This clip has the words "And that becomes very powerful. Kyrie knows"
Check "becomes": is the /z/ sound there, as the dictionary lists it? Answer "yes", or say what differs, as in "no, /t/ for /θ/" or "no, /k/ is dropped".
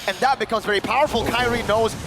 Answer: yes